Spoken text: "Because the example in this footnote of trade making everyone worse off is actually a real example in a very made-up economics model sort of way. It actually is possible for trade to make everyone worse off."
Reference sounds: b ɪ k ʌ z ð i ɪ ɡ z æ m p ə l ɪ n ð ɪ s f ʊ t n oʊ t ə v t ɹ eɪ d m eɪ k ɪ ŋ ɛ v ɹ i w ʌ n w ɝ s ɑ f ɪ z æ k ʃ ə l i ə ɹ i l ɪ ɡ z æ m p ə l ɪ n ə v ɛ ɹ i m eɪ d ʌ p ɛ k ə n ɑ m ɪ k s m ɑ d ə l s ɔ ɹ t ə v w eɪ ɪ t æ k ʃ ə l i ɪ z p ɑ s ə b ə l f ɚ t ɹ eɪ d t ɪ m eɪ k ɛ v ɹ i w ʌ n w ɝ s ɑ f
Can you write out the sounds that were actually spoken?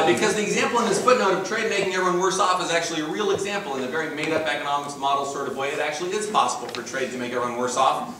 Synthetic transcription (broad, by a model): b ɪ k ʌ z ð i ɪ ɡ z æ m p l ɪ n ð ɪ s f ʊ t n oʊ t ə v t ɹ eɪ d m eɪ k ɪ ŋ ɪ ɹ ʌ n w ɝ s ɑ f ɪ z æ k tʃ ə l i ə ɹ i l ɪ ɡ z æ m p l ɪ n ə v ɛ ɹ i m eɪ d ʌ p ɛ k ə n ɑ m ɪ k s m ɑ d l s ɔ ɹ t ə v w eɪ ɪ t æ k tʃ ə l i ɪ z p ɑ s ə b l f ɚ t ɹ eɪ d t ɪ m eɪ k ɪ ɹ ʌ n w ɝ s ɑ f